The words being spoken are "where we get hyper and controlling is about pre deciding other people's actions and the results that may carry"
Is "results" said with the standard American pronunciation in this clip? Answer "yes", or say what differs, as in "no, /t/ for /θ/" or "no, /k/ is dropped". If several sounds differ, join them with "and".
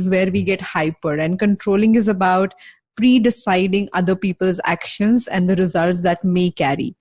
yes